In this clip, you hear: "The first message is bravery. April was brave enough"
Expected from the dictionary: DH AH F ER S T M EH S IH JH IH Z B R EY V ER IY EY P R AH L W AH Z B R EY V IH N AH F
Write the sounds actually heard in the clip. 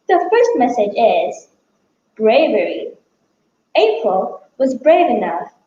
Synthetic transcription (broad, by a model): DH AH F ER S T M EH S IH JH IH Z B R EY V ER IY EY P R AH L W AH Z B R EY V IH N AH F